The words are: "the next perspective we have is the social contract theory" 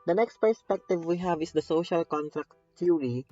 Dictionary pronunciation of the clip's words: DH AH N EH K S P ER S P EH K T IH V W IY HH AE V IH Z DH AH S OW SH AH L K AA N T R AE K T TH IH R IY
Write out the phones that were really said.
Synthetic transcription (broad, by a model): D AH N EH K S P ER S P EH K T IH V W IY HH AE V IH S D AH S OW SH AH L K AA N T R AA K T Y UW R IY